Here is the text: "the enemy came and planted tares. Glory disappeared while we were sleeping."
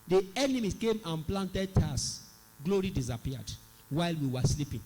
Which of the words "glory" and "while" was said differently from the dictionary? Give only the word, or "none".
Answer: none